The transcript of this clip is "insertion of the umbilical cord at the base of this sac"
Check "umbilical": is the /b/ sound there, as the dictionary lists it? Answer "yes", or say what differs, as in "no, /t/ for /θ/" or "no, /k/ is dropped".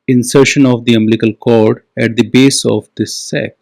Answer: no, /b/ is dropped